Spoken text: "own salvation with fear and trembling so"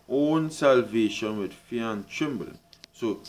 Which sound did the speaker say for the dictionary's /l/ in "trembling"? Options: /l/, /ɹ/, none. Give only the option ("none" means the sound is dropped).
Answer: none